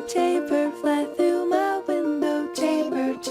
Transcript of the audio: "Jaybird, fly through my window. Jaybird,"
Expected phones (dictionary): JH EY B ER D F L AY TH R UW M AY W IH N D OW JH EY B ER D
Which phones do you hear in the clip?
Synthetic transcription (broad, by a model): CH EY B ER F L AY TH R UW M AY W IH N D OW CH EY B ER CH